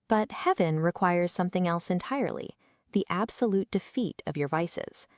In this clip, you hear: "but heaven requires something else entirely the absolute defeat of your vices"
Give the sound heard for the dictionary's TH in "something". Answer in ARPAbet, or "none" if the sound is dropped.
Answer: TH